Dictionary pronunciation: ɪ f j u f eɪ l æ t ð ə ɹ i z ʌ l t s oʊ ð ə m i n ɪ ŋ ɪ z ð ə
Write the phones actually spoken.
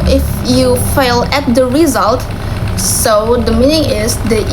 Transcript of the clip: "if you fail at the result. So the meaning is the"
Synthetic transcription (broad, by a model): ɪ f j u f eɪ l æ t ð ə ɹ i z ʌ l t s oʊ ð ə m i n ɪ ŋ ɪ z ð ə